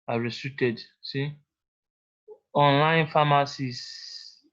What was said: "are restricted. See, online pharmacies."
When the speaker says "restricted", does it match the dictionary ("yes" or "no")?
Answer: no